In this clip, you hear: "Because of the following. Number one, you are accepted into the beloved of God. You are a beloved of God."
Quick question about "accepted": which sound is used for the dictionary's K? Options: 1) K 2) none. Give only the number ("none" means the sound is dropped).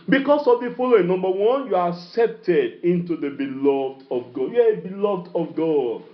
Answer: 1